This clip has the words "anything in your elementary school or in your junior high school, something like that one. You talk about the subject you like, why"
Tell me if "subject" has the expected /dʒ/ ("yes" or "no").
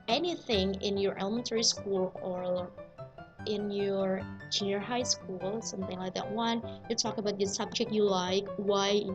yes